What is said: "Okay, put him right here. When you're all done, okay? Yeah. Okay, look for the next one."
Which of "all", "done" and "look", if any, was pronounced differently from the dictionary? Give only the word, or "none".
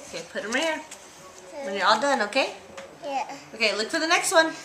none